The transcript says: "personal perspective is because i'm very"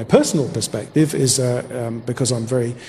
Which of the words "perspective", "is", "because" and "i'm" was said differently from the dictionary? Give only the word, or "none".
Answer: none